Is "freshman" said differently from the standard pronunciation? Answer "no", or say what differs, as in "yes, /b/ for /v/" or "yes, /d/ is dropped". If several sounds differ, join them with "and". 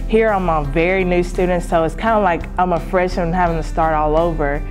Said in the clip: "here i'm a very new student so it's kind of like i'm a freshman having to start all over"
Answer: yes, /m/ is dropped